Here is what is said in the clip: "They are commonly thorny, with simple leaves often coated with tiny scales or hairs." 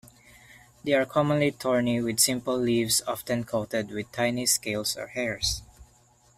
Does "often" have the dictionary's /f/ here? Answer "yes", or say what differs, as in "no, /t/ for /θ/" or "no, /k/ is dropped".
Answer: yes